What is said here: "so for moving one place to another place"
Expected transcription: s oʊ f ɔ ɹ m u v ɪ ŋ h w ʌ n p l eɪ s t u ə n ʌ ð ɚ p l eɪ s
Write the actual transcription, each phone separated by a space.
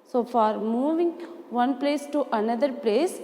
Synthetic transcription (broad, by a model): s oʊ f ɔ ɹ m u v ɪ ŋ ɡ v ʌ n p l eɪ s t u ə n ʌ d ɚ p l eɪ s